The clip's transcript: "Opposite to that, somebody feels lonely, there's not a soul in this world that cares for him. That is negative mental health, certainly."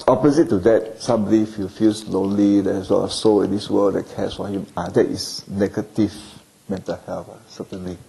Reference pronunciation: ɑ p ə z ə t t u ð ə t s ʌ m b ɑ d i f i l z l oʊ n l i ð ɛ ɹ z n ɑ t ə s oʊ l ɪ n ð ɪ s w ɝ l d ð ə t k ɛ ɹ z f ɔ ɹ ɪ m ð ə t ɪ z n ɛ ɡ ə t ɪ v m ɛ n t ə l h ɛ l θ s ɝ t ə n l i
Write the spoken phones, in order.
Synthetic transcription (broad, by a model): ɑ p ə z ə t t u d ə t s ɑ m b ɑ d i f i l s l oʊ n l i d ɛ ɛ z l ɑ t ə s oʊ l ɪ n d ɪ s w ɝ l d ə t k ɛ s f ɔ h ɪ m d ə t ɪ s n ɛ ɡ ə t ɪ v m ɛ n t ə l h ɛ l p s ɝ t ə n l i